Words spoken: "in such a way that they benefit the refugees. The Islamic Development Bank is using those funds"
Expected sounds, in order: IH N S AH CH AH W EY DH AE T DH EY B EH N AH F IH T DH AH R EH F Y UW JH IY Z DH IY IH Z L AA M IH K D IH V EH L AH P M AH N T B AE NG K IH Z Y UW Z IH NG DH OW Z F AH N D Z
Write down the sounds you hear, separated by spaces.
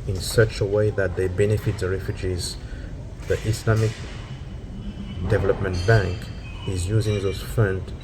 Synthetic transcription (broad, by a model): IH N S AH CH AH W EY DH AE T DH EY B EH N AH F IH T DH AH R EH F Y UW JH IY Z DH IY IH S L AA M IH K D IH V EH L AH P M AH N T B AE NG K IH Z Y UW Z IH NG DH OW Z F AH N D